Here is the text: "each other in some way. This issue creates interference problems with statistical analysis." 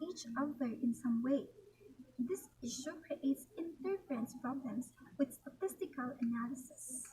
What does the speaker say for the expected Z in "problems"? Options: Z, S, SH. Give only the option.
S